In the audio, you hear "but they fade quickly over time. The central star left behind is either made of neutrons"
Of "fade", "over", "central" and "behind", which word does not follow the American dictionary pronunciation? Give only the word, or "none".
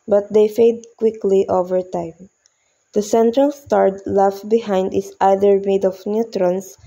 none